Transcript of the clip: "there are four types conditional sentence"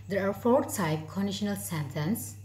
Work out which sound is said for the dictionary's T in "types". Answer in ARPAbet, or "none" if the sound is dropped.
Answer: S